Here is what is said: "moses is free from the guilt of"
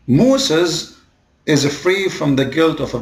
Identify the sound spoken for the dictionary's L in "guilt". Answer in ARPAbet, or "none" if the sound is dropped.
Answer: L